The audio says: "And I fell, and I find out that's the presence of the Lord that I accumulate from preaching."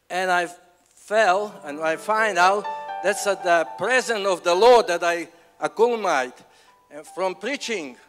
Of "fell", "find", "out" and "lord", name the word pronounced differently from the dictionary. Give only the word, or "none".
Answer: none